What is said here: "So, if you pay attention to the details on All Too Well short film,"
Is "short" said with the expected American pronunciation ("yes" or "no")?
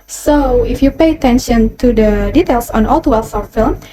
no